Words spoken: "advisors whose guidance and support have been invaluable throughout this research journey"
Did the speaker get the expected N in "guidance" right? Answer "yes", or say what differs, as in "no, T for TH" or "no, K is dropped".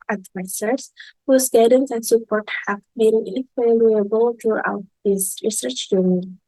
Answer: yes